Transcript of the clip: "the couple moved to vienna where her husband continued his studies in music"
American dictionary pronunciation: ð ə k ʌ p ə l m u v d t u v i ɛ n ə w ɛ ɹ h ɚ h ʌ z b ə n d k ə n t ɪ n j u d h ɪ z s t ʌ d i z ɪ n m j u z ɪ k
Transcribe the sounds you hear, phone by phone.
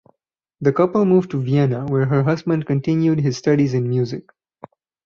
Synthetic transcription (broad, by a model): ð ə k ʌ p ə l m u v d t u v i ɛ n ə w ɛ ɹ h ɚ h ʌ z b ə n d k ə n t ɪ n j u d h ɪ z s t ʌ d i z ɪ n m j u z ɪ k